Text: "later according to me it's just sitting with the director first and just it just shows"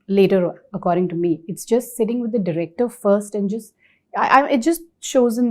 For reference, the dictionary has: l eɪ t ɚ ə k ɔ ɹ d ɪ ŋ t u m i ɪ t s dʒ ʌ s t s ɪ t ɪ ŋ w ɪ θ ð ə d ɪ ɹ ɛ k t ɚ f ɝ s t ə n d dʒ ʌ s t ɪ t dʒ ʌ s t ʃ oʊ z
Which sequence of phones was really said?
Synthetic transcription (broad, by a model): l eɪ t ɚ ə k ɔ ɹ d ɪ ŋ t u m i ɪ t s dʒ ʌ s t s ɪ t ɪ ŋ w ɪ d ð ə d ɪ ɹ ɛ k t ɚ f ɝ s t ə n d dʒ ʌ s t ɪ t dʒ ʌ s t ʃ oʊ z